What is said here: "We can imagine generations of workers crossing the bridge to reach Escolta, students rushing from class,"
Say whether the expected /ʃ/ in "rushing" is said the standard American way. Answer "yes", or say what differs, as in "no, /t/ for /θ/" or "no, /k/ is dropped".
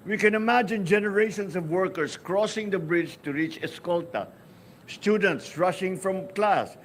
yes